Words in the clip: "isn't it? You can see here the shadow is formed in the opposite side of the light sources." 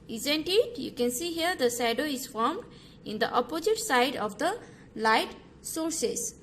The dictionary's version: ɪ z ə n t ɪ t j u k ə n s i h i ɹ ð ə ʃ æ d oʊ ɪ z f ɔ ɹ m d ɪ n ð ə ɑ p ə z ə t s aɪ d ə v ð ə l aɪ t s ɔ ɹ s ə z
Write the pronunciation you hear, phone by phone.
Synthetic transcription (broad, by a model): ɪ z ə n t ɪ t j u k ə n s i h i ɹ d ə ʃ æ d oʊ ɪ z f ɔ ɹ m d ɪ n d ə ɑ p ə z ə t s aɪ d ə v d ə l aɪ t s ɔ ɹ s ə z